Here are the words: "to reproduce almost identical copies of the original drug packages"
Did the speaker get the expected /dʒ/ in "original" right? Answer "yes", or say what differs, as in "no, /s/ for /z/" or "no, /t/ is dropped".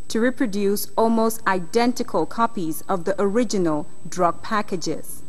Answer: yes